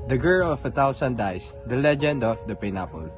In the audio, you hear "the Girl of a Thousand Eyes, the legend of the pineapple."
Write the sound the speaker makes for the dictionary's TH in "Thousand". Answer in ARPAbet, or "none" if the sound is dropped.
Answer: T